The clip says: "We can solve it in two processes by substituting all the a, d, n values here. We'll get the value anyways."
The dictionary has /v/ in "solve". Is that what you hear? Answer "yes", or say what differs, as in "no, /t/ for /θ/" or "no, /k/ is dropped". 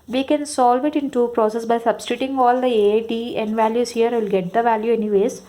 yes